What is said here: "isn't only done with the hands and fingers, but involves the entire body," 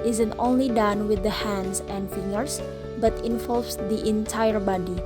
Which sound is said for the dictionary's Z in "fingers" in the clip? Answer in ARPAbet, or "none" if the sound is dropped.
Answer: S